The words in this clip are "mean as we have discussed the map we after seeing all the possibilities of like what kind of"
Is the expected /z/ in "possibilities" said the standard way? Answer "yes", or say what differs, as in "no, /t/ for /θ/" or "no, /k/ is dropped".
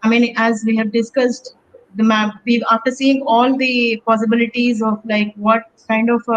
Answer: yes